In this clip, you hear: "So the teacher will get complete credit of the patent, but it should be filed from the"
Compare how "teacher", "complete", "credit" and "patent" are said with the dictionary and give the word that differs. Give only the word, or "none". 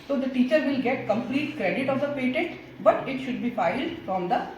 patent